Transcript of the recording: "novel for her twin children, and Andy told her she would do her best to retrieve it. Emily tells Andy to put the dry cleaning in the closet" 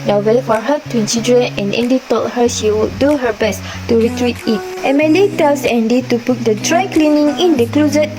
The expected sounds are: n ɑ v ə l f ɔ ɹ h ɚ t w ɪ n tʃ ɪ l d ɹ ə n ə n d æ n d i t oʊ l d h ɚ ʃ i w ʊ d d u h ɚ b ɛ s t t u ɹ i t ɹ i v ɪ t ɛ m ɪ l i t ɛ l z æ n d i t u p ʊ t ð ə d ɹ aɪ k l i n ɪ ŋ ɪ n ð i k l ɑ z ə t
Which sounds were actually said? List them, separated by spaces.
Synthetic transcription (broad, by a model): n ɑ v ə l f ɔ ɹ h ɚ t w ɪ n s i d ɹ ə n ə n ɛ n d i t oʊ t h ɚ ʃ i w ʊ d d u h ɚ b ɛ s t t u ɹ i t ɹ i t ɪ t ɛ m ɪ l i t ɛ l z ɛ n d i t u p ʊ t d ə d ɹ aɪ k l i n ɪ ŋ ɪ n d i k l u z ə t